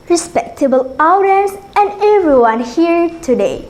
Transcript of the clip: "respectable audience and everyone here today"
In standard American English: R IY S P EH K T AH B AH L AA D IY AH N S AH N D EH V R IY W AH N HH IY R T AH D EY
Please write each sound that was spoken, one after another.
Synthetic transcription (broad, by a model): R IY S P EH K T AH B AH L AA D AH S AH N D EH V R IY W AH N HH IY R T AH D EY